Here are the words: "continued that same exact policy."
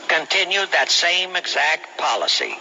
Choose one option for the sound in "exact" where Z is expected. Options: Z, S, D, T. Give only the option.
Z